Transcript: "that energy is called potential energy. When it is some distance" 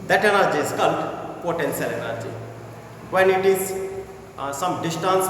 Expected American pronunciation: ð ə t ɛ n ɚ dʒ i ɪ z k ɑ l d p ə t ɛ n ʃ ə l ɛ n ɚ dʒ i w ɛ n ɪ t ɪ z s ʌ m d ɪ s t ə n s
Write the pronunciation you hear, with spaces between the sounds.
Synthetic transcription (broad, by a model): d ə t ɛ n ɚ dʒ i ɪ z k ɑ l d p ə t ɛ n s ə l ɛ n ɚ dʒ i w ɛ n ɪ t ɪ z s ʌ m d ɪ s t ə n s